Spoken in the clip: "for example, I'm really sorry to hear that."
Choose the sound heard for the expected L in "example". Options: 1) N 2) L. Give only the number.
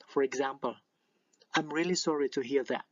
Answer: 2